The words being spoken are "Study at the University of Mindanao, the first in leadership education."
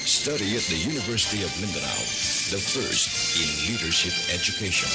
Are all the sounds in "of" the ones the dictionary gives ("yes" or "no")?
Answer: yes